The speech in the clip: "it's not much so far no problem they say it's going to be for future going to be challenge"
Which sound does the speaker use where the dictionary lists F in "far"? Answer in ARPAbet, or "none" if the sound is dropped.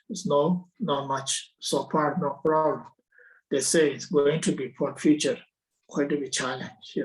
P